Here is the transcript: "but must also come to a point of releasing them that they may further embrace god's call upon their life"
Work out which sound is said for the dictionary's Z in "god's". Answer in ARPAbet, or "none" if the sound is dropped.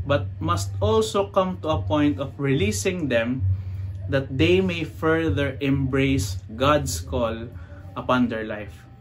S